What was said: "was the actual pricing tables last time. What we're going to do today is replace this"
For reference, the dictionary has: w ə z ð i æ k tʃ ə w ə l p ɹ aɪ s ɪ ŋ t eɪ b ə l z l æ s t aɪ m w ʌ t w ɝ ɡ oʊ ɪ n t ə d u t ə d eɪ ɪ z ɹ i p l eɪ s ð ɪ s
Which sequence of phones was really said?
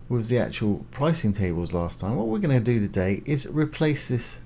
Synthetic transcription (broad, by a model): w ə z ð i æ k tʃ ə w ə l p ɹ aɪ s ɪ ŋ t eɪ b ə l z l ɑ s t aɪ m w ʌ t w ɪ ɡ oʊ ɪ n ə d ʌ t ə d eɪ ɪ z ɹ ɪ p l eɪ s ð ɪ s